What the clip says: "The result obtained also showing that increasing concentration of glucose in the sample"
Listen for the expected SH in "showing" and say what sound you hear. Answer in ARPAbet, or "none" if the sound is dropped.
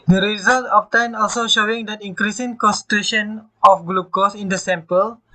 SH